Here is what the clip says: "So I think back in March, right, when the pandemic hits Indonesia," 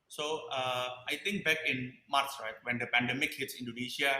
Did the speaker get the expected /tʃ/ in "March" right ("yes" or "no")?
no